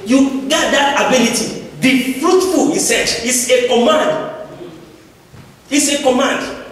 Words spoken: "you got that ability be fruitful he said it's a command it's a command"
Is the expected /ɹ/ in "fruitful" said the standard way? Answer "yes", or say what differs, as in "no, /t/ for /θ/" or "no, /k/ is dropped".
yes